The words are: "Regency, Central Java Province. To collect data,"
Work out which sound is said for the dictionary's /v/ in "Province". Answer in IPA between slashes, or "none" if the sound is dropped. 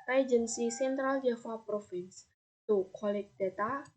/f/